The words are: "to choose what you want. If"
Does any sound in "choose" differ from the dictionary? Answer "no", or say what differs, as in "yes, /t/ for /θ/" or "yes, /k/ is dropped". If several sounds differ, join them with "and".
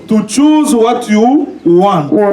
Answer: no